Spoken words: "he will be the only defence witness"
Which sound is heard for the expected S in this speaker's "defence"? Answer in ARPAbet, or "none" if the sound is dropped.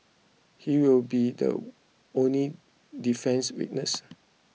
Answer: S